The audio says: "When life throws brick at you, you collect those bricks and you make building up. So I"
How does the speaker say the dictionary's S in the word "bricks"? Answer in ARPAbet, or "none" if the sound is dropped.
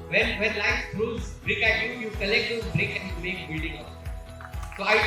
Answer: none